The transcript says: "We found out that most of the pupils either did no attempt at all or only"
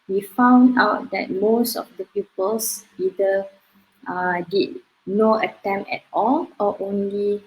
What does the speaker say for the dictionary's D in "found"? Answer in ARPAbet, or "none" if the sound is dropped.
D